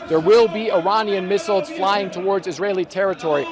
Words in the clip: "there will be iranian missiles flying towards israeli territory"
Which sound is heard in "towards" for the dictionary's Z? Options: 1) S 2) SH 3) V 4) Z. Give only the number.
4